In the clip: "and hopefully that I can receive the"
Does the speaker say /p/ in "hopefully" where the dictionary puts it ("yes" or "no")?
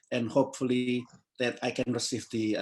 yes